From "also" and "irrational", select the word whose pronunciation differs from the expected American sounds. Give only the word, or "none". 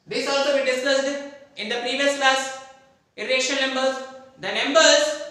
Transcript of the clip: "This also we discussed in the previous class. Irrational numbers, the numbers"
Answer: irrational